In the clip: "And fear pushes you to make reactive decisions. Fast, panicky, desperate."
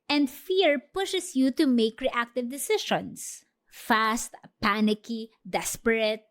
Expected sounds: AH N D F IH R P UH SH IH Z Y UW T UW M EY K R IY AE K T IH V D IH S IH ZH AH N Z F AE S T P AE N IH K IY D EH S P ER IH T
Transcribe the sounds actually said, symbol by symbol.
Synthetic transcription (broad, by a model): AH N D F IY R P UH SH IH S Y UW T UW M EY K R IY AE K T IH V D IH S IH SH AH N S F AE S T P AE N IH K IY D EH S P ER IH T